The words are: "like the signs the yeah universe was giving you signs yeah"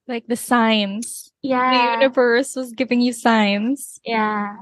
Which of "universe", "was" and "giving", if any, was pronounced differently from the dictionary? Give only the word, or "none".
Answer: none